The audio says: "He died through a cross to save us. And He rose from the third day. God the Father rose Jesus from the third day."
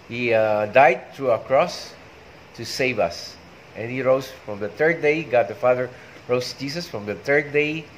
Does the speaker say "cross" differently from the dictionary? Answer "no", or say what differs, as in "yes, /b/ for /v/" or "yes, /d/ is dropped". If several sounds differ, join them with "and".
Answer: no